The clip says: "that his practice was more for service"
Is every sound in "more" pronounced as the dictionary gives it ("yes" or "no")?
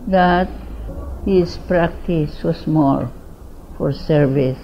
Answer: no